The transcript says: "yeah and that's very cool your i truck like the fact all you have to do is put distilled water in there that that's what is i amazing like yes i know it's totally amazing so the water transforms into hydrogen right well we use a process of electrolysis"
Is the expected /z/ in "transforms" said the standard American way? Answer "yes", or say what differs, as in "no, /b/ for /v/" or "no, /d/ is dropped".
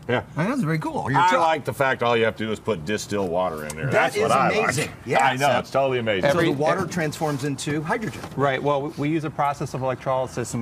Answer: yes